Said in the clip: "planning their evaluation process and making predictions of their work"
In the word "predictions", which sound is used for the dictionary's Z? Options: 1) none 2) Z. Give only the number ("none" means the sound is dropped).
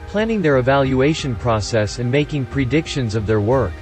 2